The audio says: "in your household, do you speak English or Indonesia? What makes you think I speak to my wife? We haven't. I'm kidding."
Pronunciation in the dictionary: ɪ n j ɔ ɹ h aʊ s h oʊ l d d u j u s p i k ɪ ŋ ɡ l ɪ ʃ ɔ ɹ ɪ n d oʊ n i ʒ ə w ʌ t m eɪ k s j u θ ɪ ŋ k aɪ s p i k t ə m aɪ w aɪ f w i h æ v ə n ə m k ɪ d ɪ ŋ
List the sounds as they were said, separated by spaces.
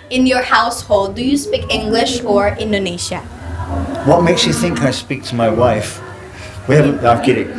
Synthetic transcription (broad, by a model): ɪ n j ɔ ɹ h aʊ s h oʊ l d d u j u s p i k ɪ ŋ ɡ l ɪ ʃ ɔ ɹ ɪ n d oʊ n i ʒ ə w ʌ t m eɪ k s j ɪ θ ɪ ŋ k aɪ s p i k t ə m aɪ w aɪ f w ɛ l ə ə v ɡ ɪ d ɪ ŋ